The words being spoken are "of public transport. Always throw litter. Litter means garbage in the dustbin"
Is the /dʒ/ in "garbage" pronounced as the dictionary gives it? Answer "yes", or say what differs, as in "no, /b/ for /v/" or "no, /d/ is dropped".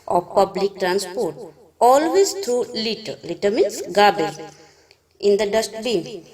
no, /dʒ/ is dropped